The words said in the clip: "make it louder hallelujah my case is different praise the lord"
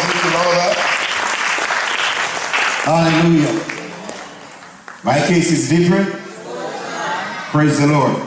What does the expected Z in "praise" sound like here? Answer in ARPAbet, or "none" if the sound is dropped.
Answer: Z